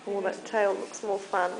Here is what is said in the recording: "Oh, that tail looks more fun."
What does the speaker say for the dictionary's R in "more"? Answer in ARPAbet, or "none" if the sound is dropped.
L